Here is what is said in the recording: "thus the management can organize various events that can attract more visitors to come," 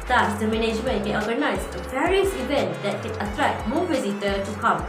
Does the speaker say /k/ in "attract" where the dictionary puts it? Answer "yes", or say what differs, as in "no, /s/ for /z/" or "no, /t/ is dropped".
no, /k/ is dropped